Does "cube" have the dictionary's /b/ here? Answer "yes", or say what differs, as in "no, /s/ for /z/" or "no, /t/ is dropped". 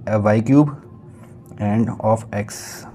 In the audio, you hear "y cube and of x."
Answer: yes